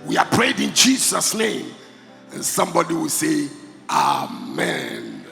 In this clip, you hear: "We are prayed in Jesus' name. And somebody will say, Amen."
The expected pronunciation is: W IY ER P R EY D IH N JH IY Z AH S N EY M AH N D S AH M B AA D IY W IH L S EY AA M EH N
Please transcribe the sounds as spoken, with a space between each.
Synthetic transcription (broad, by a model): W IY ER P R EY D IH N JH IY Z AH S N EY M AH N S AH M B AA D IY W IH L S EY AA M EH N